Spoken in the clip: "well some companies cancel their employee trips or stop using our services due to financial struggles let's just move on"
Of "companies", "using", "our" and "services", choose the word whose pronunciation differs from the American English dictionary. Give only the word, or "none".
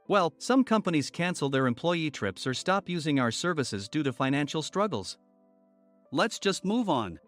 none